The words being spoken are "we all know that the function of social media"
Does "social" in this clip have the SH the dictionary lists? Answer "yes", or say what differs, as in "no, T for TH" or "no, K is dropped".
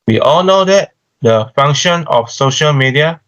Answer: yes